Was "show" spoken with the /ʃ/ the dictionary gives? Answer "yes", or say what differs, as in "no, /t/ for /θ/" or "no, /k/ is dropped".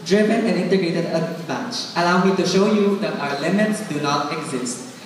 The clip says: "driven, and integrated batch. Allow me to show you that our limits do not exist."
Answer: yes